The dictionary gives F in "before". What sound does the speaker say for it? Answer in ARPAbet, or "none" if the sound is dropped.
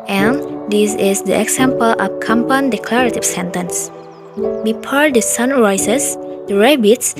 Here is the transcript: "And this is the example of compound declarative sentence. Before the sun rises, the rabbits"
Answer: P